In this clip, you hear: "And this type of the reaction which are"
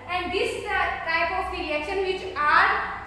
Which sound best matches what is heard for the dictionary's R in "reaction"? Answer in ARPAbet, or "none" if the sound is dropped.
L